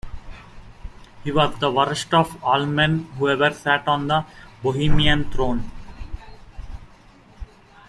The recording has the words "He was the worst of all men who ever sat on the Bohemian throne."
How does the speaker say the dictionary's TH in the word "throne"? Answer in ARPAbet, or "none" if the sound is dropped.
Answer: T